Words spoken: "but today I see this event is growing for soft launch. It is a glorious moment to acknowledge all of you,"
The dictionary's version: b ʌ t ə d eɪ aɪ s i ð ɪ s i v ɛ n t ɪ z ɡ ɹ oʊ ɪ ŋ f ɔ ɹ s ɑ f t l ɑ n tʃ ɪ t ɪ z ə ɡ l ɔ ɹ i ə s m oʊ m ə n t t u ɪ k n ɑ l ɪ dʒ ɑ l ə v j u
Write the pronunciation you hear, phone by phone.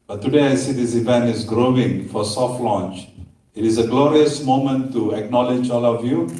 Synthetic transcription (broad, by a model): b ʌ t ə d eɪ aɪ s i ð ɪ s i v ɛ n t ɪ z ɡ ɹ oʊ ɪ ŋ f ɔ ɹ s ɑ f t l ɑ n tʃ ɪ t ɪ z ə ɡ l ɔ ɹ i ə s m oʊ m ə n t t u ɪ k n ɑ l ɪ dʒ ɑ l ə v j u